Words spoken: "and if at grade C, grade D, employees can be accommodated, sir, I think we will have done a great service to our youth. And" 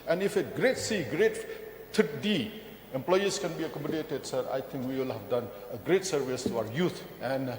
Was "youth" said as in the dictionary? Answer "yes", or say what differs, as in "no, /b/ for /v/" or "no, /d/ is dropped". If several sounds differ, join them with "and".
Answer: no, /t/ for /θ/